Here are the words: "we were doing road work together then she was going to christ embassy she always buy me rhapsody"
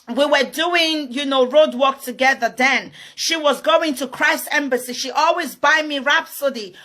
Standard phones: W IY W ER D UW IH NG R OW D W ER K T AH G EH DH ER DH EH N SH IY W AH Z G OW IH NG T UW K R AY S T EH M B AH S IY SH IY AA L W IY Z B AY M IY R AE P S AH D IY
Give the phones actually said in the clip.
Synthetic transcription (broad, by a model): W IY W ER D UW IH NG R OW D W ER K T AH G EH DH ER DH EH N SH IY W AH Z G OW IH NG T UW K R AY S T EH M B AH S IY SH IY AA L W IY Z B AY M IY R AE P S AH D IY